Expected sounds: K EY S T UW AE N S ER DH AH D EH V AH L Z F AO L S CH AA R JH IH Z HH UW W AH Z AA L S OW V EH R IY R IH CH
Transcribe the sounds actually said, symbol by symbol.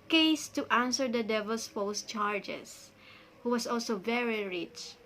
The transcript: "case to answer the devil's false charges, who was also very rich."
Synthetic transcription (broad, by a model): K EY S T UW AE N S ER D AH D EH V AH L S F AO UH S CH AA R JH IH S HH UW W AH S AA L S OW V EH R IY R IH CH